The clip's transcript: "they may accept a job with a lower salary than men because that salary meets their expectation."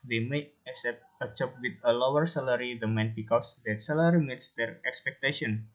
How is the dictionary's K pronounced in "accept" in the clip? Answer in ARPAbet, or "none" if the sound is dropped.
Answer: none